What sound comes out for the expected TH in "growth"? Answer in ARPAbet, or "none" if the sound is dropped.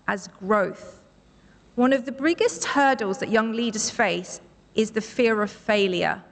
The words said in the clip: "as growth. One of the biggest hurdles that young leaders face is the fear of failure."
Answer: TH